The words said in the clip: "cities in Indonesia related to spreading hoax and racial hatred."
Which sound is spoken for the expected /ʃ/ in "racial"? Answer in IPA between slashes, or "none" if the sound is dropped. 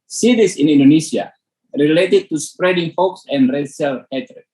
/s/